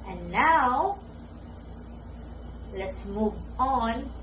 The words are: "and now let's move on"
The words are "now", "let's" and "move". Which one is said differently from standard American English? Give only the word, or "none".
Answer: none